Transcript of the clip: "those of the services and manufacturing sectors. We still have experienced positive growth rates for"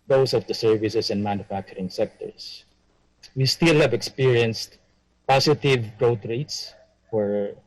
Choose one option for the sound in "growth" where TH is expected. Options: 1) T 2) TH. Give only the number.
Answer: 1